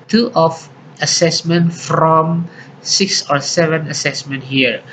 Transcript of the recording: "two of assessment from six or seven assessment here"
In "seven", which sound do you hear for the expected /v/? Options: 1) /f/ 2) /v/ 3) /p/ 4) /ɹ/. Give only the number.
2